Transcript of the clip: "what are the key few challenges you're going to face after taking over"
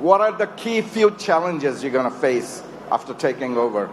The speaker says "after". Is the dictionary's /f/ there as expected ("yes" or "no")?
yes